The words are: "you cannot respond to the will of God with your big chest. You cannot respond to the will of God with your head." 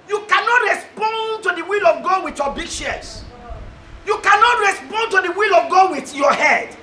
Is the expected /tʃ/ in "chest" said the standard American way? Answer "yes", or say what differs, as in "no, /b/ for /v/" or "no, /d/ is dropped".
no, /ʃ/ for /tʃ/